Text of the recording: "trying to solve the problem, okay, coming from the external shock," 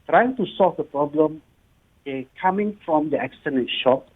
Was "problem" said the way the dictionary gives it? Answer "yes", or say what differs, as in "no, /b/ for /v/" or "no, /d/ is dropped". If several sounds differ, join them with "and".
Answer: yes